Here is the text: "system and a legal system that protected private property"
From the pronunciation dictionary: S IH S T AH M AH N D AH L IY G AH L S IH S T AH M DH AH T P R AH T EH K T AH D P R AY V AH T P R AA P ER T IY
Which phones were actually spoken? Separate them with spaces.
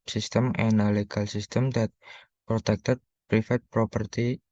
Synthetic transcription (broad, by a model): S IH S T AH M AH N AH L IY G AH L S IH S T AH M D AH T P R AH T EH K T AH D P R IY F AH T P R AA P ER T IY